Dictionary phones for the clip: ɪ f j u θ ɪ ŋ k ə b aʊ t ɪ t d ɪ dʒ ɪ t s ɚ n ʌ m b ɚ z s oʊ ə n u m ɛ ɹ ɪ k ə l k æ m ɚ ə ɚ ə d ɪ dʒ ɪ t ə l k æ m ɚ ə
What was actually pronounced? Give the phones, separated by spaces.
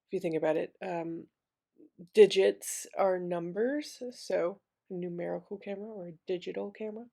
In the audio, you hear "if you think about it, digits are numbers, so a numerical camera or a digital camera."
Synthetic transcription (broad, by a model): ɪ f j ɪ θ ɪ ŋ k ə b aʊ t ɪ t d ɪ dʒ ɪ t s ɚ n ʌ m b ɚ z s oʊ ə n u m ɛ ɹ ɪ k l k æ m ɚ ə ɚ ə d ɪ dʒ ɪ t l k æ m ɚ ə